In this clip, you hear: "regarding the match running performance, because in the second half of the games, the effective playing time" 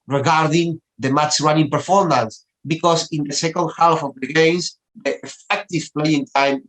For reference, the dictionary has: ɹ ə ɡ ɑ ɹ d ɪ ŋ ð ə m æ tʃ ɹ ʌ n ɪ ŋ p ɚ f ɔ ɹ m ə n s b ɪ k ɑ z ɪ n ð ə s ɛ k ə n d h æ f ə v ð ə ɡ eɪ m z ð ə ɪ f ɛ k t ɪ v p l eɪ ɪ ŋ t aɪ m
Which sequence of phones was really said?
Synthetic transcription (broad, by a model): ɹ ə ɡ ɑ ɹ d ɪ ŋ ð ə m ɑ tʃ ɹ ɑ n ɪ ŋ p ɚ f ɔ ɹ m ə n s b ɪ k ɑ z ɪ n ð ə s ɛ k ə n d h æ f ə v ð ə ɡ eɪ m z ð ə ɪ f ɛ k t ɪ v p l eɪ ɪ ŋ t aɪ m